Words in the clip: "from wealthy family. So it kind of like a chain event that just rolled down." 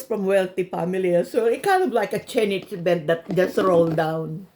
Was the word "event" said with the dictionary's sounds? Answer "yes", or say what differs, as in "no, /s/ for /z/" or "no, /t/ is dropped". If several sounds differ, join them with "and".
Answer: no, /b/ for /v/